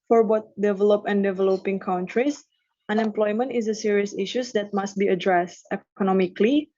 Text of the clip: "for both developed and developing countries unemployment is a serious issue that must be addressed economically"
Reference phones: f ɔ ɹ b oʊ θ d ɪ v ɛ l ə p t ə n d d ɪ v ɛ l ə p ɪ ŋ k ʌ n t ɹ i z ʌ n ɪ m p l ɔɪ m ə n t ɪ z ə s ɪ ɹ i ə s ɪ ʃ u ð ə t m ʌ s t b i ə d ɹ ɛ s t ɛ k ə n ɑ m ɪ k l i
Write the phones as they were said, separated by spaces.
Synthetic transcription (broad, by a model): f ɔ ɹ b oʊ t d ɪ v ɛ l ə p ə n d d ɪ v ɛ l ə p ɪ ŋ k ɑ n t ɹ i s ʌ n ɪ m p l ɔɪ m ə n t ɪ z ə s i ɹ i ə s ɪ ʃ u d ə t m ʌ s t b i ə d ɹ ɛ s t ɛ k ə n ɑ m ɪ k l i